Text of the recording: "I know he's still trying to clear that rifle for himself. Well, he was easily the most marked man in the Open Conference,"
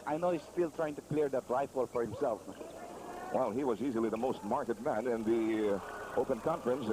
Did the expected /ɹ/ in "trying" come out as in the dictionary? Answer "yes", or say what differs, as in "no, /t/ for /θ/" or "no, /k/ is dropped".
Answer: yes